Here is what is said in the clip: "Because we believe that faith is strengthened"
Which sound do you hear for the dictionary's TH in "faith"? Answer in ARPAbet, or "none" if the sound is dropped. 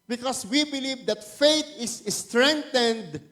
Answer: T